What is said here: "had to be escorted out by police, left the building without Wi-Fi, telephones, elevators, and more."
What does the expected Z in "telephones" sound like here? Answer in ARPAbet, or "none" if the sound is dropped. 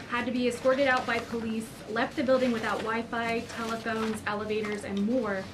Z